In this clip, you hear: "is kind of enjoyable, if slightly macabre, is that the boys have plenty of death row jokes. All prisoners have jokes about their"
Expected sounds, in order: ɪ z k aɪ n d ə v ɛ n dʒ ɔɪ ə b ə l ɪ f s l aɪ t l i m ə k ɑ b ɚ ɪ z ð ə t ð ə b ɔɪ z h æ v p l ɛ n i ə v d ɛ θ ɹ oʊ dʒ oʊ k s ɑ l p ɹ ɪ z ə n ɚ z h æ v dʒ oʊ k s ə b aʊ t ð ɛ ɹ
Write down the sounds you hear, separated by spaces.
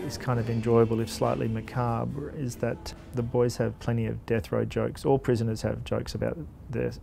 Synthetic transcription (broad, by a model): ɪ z k aɪ n d ə v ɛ n dʒ ɔɪ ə b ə l ɪ f s l aɪ t l i m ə k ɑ b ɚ ɪ z ð ə t ð ə b ɔɪ z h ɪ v p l ɛ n i ə v d ɛ θ ɹ oʊ dʒ oʊ k s ɑ l p ɹ ɪ z ə n ɚ z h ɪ v dʒ oʊ k s ə b aʊ t ð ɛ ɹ